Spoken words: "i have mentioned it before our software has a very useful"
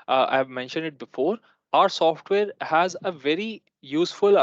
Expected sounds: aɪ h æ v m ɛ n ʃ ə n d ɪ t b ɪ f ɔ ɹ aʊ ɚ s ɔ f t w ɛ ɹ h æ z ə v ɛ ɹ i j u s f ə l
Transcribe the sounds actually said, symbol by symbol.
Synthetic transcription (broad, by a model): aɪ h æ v m ɛ n ʃ ə n d ɪ t b ɪ f ɔ ɹ aʊ ɚ s ɔ f t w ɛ ɹ h æ z ə v ɛ ɹ i j u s f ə l